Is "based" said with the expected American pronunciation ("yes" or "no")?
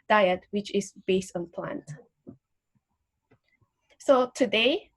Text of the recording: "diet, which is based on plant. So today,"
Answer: yes